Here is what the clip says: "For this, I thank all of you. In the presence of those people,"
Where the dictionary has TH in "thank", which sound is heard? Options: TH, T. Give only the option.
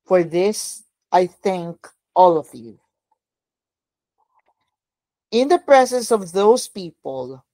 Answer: TH